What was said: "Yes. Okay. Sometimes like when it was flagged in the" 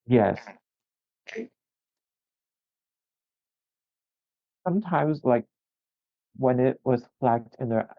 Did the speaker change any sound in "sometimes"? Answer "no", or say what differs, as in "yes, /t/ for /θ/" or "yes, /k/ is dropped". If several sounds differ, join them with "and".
no